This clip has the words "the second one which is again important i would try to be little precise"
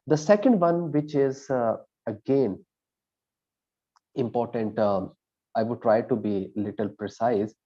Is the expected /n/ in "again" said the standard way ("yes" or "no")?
yes